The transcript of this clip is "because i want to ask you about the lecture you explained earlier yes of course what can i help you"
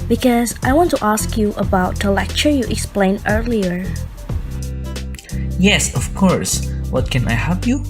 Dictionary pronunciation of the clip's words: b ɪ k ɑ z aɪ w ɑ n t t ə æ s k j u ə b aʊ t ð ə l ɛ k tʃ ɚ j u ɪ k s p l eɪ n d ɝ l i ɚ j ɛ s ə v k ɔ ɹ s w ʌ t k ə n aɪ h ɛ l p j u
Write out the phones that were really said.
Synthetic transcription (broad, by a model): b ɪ k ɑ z aɪ w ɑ n t t ə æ s k j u ə b aʊ t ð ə l ɛ k tʃ ɚ j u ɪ k s p l eɪ n ɝ l i ɚ j ɛ s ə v k ɔ ɹ s w ʌ t k ə n aɪ h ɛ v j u